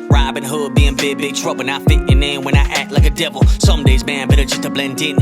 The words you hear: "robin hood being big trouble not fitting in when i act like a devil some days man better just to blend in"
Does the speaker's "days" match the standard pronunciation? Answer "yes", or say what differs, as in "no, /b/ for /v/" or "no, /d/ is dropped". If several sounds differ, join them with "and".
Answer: yes